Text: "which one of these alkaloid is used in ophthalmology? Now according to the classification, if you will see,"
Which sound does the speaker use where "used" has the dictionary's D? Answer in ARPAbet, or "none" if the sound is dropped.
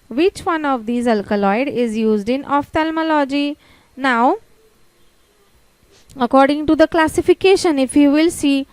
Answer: D